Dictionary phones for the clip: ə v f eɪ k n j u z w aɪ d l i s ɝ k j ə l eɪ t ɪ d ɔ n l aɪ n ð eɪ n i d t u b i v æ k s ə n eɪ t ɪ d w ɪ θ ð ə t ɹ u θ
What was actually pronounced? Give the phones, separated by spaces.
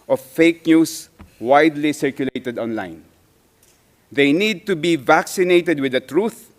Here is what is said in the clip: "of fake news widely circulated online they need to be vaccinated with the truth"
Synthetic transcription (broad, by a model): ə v f eɪ k n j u s w aɪ d l i s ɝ k j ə l eɪ t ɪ d ɔ n l aɪ n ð eɪ n i d t u b i v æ k s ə n eɪ t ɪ d w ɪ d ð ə t ɹ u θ